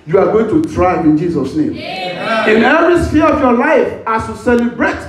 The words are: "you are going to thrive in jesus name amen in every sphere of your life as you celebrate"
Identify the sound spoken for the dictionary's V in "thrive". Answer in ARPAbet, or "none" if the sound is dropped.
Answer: none